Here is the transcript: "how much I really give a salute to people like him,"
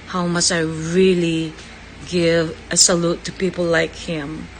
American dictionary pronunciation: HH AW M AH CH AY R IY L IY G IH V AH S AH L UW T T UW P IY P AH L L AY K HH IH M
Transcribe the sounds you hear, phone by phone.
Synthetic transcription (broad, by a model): HH AW M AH S AY R IY L IY G IH V AH S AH L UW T T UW P IY P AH L L AY K HH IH M